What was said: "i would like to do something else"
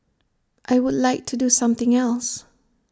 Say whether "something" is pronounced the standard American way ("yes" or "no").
yes